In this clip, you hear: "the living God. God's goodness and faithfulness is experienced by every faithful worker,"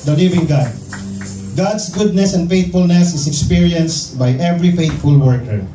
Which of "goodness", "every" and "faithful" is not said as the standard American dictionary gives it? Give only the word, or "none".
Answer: faithful